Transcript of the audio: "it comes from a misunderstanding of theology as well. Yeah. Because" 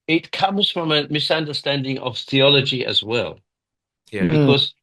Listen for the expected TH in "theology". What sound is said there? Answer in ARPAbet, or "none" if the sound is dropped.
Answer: TH